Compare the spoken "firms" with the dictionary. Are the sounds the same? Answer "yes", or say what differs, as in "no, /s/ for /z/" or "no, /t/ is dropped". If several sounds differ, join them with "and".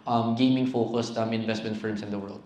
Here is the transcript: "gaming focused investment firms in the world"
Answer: no, /s/ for /z/